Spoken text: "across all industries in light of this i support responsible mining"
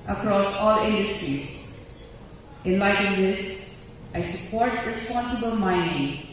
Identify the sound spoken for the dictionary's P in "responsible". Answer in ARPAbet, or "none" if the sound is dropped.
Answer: P